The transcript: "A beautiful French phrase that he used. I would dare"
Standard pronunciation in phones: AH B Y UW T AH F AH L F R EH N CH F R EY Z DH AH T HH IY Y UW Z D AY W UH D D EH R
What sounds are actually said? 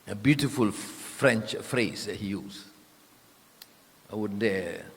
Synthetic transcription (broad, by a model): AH B Y UW T AH F AH L F R EH N CH F R EY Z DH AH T HH IY Y UW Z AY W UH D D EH